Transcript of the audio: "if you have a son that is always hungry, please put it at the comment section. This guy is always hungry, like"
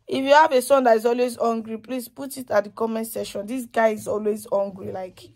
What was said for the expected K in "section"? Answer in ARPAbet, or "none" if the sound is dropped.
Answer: none